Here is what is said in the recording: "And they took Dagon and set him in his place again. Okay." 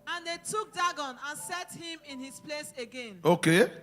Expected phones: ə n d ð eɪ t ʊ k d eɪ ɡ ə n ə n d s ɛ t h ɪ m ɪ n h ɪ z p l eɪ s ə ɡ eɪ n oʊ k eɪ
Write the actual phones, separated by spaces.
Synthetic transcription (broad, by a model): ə n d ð eɪ t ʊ k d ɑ ɡ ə n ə n s ɛ t h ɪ m ɪ n h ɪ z p l eɪ s ə ɡ eɪ n oʊ k eɪ